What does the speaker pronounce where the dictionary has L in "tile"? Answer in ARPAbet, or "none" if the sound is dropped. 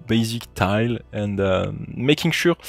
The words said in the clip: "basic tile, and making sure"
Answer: L